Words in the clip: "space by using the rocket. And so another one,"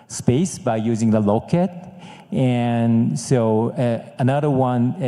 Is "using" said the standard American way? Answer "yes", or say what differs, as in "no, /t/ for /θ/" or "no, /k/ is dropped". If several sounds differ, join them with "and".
yes